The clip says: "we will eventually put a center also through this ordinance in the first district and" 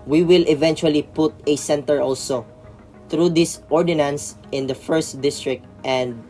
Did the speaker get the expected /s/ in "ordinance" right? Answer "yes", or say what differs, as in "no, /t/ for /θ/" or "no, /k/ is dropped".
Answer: yes